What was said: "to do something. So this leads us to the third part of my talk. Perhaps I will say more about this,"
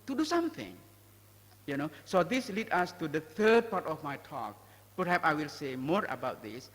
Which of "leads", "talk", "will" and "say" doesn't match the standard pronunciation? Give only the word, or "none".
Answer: leads